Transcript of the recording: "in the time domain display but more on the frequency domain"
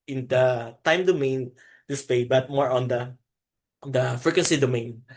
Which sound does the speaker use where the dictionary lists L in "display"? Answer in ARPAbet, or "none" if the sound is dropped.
none